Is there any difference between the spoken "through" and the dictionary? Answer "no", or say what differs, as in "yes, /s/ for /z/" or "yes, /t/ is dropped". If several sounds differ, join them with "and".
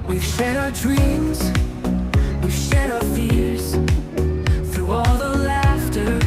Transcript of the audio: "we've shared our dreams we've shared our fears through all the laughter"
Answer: no